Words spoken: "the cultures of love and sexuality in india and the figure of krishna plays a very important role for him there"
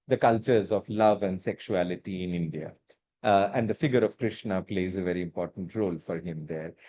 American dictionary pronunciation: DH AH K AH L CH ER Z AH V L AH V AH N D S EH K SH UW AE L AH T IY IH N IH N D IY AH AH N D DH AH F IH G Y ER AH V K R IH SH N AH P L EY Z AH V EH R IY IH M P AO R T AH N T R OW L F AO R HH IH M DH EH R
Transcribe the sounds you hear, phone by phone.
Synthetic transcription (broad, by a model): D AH K AH L CH ER Z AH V L AH V AH N D S EH K SH UW AE L AH T IY IH N IH N D IY AH AH N D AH F IH G Y ER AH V K R IH SH N AH P L EY Z AH V EH R IY IH M P AO R T AH N T R OW L F AO R HH IH M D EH R